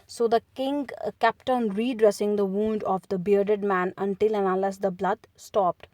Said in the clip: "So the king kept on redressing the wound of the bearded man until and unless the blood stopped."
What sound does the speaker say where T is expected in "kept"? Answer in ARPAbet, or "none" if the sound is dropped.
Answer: T